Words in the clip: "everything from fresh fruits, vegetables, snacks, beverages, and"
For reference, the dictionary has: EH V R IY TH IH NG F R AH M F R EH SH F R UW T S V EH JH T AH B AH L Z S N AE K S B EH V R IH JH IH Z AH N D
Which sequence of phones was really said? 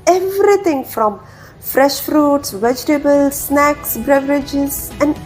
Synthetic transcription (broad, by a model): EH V R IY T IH NG F R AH M F R EH SH F R UW T S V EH JH T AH B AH L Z S N AE K S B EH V R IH JH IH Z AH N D